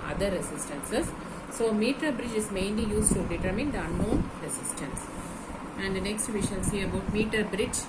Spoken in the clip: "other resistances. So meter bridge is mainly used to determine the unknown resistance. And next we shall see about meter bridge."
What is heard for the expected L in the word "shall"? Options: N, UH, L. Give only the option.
N